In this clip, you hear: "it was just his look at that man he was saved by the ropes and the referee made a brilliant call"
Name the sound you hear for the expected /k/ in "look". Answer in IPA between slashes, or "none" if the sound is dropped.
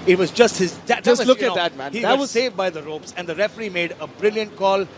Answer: none